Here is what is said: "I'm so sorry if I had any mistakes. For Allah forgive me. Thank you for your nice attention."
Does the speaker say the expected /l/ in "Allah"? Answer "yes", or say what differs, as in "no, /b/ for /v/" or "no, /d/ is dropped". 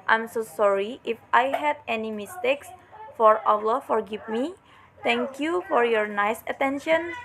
no, /w/ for /l/